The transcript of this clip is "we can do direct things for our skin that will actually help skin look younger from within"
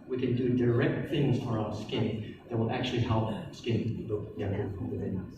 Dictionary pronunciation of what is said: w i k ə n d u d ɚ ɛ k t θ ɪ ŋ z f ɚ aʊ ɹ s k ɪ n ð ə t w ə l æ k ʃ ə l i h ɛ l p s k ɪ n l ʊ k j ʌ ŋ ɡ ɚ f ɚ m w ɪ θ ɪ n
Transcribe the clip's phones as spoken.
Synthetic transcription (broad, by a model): w i k ə n d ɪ d ɚ ɛ k t θ ɪ ŋ z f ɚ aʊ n s k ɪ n ð ə t w ə l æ k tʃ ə l i h ɛ l p s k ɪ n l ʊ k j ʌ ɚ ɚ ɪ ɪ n